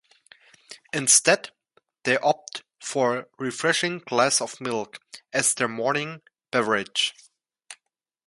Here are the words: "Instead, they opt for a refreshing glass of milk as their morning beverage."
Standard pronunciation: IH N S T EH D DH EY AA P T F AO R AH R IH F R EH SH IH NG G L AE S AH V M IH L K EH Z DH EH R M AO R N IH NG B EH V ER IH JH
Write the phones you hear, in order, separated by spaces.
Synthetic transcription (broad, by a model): IH N S T EH D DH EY AA P T F AO R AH R IH F R EH SH IH NG G L AE S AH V M IH L K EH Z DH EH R M AO R N IH NG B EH V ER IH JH